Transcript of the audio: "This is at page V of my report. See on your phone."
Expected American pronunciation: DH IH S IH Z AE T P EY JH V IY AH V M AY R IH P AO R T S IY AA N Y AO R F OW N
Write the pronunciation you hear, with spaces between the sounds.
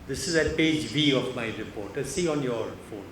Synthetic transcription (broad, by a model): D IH S IH Z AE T P EY JH B IY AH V M AY R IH P AO R T S IY AA N Y AO R F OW N